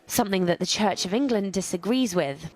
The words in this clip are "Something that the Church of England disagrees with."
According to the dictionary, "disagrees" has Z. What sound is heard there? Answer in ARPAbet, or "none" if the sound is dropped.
Z